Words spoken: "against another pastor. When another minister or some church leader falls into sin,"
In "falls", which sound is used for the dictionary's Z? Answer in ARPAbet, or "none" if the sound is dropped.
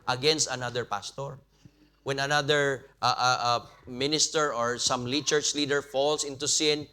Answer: S